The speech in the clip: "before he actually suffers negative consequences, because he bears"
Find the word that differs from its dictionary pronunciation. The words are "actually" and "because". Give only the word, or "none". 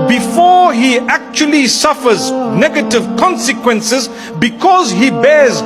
none